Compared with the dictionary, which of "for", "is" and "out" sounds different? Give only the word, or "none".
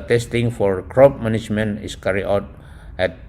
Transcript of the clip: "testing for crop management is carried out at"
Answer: is